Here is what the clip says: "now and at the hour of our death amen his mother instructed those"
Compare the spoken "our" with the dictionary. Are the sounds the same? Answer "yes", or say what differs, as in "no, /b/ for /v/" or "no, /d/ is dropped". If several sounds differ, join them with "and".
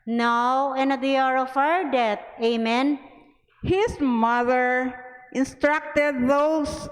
no, /w/ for /ɹ/